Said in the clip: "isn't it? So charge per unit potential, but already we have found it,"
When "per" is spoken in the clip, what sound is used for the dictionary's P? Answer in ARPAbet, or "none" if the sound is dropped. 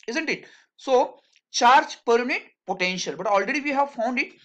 P